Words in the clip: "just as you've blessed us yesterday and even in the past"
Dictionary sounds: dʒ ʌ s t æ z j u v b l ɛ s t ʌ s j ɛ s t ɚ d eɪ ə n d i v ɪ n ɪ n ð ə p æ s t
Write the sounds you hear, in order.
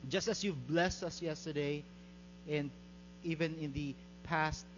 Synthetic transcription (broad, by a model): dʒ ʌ s t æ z j u v b l ɛ s t ʌ s j ɛ s t ɚ d eɪ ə n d i v ɪ n ɪ n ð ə p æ s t